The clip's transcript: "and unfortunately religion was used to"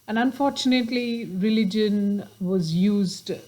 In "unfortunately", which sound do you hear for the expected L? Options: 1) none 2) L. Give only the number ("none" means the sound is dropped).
2